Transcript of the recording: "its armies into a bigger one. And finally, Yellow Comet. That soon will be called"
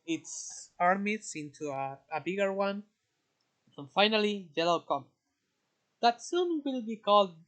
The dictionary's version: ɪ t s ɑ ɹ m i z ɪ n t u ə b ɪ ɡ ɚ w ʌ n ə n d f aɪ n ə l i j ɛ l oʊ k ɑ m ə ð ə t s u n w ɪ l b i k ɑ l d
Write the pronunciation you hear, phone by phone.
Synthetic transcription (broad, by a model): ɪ t s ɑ ɹ m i s ɪ n t u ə b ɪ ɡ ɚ w ʌ n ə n f aɪ n ə l i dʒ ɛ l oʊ k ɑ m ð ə t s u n w ɪ l b i k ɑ l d